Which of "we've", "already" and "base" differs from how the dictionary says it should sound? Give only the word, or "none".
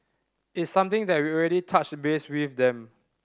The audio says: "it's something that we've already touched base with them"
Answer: we've